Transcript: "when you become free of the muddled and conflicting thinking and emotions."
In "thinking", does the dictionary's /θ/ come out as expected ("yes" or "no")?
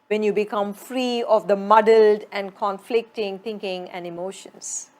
no